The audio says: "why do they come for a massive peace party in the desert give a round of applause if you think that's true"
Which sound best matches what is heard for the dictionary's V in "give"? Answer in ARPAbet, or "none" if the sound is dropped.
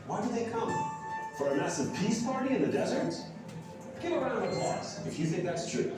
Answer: none